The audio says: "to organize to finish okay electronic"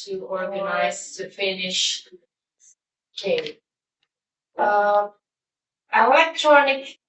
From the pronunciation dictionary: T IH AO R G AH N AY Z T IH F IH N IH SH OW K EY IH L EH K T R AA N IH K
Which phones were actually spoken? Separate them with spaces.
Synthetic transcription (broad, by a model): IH AO R G AH N AY Z T IH F IH N IH SH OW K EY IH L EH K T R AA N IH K